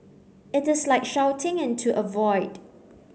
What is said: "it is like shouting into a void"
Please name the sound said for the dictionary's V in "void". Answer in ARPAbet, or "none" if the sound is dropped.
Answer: V